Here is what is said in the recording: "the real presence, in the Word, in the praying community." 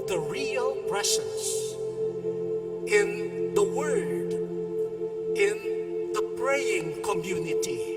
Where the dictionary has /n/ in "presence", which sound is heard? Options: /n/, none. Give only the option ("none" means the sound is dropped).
none